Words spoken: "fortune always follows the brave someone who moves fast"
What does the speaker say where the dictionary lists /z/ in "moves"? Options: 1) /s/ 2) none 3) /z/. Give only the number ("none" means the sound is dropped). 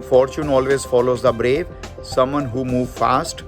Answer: 2